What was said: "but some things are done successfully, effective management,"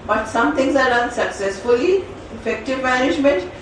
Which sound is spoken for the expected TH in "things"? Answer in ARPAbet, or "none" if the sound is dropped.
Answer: T